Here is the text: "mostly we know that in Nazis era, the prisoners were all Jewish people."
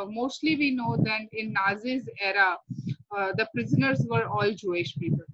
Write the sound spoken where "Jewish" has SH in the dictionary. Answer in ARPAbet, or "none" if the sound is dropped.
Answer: SH